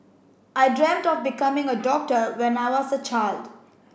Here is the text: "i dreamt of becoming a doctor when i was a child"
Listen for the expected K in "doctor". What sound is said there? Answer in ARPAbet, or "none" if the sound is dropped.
K